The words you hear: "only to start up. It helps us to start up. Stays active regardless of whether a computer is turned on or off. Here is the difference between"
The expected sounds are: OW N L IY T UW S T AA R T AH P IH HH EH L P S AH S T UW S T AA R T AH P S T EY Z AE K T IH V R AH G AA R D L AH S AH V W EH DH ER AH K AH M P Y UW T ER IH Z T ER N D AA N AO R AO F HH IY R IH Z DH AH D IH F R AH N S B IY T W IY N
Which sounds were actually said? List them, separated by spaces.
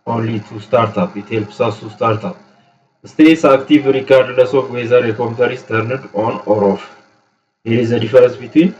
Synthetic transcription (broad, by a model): OW N L IY T UW S T AA R T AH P IH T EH L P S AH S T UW S T AA R T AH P S T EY S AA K T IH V R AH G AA R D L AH S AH F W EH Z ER AH K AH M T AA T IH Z T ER N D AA N AO R AO F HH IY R IH Z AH D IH F R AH N S B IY T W IY N